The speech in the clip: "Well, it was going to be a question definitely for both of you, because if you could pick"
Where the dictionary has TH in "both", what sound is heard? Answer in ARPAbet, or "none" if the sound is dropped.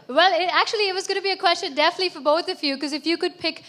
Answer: TH